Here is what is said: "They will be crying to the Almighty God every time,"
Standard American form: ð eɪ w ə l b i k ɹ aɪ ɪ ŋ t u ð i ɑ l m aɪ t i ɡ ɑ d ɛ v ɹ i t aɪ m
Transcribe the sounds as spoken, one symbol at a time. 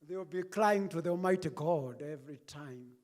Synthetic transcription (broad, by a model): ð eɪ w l b i k l aɪ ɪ ŋ t u ð i ɑ l m aɪ t i ɡ ɑ d ɛ v ɹ i t aɪ m